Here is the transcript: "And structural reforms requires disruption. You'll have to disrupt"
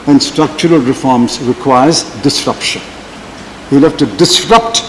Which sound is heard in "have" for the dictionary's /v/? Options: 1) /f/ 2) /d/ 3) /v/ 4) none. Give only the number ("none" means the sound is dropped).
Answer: 1